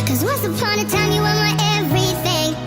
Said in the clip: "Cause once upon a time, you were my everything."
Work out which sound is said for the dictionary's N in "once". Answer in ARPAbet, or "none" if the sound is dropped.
none